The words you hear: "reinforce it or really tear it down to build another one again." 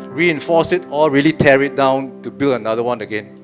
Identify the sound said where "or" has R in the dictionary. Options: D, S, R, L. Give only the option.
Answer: L